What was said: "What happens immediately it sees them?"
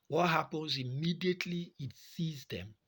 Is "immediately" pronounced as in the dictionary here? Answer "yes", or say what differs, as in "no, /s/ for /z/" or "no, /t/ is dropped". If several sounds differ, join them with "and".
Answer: yes